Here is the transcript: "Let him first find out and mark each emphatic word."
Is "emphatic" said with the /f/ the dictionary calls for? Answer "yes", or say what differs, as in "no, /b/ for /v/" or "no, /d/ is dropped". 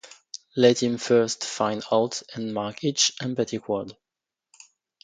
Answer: no, /p/ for /f/